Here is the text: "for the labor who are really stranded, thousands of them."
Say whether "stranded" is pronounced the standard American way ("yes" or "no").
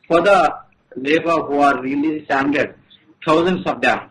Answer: no